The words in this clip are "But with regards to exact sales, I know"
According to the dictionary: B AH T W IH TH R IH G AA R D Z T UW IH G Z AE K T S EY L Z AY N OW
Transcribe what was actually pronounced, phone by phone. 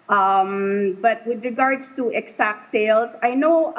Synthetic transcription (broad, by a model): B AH T W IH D R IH G AA R D S T UW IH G S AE K T S EY L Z AY N OW